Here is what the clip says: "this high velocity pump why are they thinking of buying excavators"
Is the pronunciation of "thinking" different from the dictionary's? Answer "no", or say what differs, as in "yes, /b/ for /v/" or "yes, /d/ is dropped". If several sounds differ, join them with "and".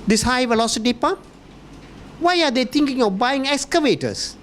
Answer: yes, /t/ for /θ/